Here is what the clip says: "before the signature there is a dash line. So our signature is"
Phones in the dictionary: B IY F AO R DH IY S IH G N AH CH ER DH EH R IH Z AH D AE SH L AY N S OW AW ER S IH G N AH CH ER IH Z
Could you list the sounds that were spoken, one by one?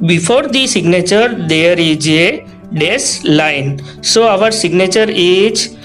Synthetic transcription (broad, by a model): B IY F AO R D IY S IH G N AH CH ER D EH R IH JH AH D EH S L AY N S OW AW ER S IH G N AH CH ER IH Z